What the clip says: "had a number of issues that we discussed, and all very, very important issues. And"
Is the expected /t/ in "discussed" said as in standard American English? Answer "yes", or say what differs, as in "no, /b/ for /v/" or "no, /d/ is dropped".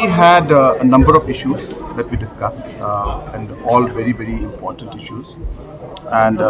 yes